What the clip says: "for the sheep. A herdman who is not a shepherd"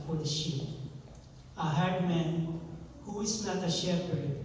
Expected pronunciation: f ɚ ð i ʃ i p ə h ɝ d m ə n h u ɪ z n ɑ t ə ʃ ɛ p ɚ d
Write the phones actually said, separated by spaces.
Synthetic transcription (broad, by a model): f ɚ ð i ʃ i ə h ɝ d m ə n h u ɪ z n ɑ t ə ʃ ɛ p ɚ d